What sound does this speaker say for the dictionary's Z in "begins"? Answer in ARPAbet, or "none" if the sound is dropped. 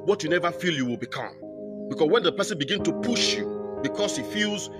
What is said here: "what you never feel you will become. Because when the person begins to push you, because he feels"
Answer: none